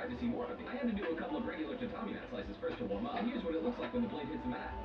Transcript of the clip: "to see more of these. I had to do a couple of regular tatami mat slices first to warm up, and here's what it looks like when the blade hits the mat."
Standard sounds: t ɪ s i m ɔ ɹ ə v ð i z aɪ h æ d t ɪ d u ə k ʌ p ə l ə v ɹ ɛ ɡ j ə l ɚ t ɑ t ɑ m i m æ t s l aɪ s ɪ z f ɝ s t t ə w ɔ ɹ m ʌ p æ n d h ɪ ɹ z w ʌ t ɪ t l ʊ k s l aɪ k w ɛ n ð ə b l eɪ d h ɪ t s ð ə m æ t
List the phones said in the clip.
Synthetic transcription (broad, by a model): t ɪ s i m ɔ ɹ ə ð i aɪ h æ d t ɪ d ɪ ə k ʌ p l ə v ɹ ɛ ɡ j l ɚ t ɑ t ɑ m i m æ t s l aɪ s ɪ z f ɝ s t t ə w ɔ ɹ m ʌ h ɪ ɹ z w ʌ t ɪ t l ʊ k s l aɪ k w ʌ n ð ə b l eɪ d h ɪ t s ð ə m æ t